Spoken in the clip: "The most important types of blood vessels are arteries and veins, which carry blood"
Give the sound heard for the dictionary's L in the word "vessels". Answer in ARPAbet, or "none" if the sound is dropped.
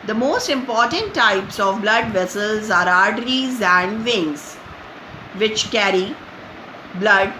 L